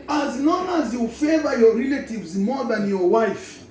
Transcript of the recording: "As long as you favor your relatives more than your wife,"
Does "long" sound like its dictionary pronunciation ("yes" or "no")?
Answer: no